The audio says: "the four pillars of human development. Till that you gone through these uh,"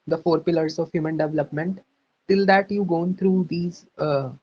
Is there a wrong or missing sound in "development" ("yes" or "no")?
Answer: no